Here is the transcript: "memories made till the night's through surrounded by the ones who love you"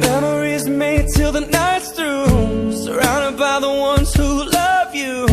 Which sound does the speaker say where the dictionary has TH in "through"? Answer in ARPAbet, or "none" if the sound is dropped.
T